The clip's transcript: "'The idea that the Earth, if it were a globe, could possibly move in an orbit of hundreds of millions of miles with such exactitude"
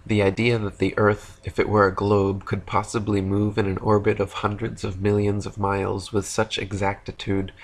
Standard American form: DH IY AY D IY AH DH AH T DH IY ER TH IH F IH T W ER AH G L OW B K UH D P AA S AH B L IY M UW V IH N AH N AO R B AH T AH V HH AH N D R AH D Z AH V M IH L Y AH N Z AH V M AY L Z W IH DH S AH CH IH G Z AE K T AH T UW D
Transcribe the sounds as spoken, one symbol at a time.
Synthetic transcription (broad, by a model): DH IY AY D IY AH DH AH T DH IY ER TH IH F IH T W ER AH G L OW B K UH D P AA S AH B L IY M UW V IH N AH N AO R B AH T AH V HH AH N D R AH D Z AH V M IH L Y AH N Z AH V M AY L Z W IH DH S AH CH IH G Z AE K T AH T UW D